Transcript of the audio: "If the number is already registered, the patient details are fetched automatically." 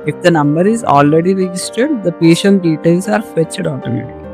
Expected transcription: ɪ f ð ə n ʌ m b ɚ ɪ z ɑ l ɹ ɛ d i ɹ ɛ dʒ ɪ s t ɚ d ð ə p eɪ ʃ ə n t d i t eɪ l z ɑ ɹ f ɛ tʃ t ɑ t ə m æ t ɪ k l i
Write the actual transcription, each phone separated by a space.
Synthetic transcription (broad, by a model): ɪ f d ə n ʌ m b ɚ ɪ z ɑ l ɹ ɛ d i ɹ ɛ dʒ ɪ s t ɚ d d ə p eɪ ʃ ə n t d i t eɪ l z ɑ ɹ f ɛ tʃ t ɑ t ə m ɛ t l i